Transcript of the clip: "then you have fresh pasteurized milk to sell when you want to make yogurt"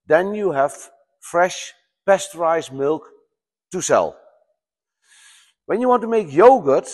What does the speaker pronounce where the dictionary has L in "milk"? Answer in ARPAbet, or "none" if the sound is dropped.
L